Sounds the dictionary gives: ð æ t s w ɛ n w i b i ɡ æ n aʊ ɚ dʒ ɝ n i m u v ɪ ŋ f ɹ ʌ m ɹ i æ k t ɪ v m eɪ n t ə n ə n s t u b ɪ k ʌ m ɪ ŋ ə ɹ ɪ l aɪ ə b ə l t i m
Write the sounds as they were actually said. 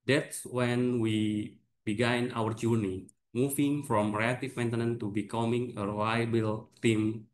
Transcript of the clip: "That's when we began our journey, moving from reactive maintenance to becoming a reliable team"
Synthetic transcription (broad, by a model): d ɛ t s w ɛ n w i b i ɡ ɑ n aʊ ɚ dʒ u n i m u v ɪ ŋ f ɹ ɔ m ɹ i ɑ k t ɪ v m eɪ n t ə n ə n t u b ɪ k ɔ m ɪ ŋ ə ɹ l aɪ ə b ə l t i m